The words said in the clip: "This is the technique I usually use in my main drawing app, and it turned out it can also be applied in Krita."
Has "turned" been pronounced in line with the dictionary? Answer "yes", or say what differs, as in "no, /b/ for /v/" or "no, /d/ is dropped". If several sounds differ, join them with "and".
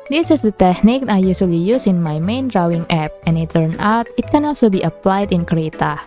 no, /d/ is dropped